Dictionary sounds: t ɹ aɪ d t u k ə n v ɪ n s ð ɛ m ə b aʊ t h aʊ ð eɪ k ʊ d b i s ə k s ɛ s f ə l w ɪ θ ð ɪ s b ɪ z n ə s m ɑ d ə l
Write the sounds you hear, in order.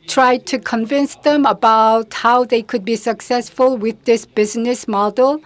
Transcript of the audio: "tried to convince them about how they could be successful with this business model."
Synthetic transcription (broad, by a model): t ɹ aɪ d t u k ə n v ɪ n s ð ɛ m ə b aʊ t h aʊ ð eɪ k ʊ d b i s ə k s ɛ s f ə l w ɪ ð ɪ s b ɪ z n ə s m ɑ d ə l